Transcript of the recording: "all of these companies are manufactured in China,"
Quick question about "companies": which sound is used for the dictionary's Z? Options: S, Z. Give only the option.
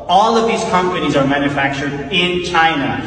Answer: Z